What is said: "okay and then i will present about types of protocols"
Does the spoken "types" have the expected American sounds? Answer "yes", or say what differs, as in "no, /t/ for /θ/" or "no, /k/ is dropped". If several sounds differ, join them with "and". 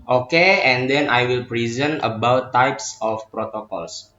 yes